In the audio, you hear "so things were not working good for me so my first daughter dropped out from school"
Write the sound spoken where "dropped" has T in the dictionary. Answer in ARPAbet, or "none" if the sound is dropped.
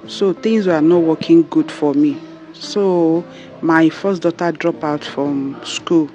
none